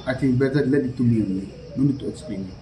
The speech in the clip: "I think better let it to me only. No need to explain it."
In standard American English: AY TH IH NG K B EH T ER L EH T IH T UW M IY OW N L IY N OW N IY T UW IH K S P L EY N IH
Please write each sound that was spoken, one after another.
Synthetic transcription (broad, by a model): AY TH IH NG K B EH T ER L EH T IH T UW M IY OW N IY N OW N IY T UW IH K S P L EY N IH